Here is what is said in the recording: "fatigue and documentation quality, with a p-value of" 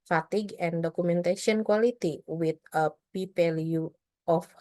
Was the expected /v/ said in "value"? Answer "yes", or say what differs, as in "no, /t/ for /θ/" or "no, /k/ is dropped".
no, /p/ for /v/